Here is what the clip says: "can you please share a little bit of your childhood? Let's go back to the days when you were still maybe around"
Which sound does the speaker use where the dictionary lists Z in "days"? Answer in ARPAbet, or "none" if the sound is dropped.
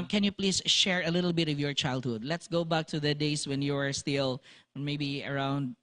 S